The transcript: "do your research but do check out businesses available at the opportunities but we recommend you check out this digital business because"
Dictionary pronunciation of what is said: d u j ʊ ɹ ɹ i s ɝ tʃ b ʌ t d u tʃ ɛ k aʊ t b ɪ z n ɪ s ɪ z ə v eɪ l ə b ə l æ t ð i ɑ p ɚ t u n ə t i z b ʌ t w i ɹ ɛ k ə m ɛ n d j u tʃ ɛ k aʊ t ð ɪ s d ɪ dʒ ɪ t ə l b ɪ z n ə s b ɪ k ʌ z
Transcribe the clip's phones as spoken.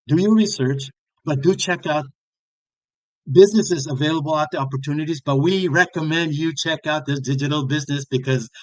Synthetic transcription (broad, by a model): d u j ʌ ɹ ɹ i s ɝ tʃ b ʌ t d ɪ tʃ ɛ k aʊ t b ɪ z n ɪ s ɪ z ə v eɪ l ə b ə l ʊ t ð i ɑ p ɚ t u n ə t i z b ʌ t w i ɹ ɛ k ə m ɛ n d j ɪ tʃ ɛ k aʊ t ð ɪ s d ɪ dʒ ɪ t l b ɪ z n ə s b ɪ k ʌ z